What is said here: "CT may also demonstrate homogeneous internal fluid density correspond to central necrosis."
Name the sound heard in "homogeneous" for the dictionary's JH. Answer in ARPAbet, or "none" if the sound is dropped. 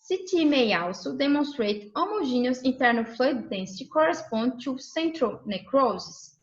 ZH